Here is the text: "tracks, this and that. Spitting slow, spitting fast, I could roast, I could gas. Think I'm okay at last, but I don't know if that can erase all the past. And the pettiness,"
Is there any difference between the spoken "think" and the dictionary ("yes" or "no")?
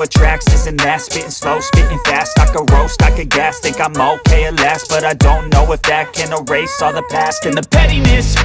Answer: yes